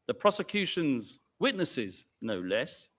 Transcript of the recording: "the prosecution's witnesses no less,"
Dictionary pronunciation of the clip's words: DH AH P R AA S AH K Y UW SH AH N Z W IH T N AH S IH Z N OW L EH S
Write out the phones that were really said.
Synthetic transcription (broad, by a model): DH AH P R AA S AH K Y UW SH AH N Z W IH T N AH S IH Z N OW L EH S